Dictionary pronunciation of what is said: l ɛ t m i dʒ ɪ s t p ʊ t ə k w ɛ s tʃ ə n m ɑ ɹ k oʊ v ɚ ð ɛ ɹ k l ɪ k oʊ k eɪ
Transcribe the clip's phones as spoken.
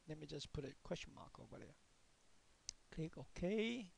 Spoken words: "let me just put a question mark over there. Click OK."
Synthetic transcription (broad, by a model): l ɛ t m i dʒ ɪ s p ʊ t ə k w ɛ s tʃ ə n m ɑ k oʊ ɚ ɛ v k l ɪ k oʊ k eɪ